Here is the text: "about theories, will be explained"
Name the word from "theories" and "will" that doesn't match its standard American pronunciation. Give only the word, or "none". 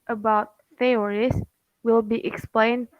theories